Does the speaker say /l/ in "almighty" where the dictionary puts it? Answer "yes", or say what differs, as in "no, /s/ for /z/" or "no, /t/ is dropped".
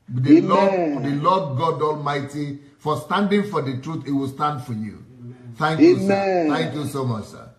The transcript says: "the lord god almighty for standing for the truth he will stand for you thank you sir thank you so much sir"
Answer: yes